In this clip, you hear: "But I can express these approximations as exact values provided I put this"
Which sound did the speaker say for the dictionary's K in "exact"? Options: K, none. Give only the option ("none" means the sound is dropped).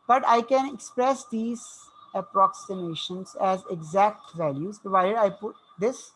K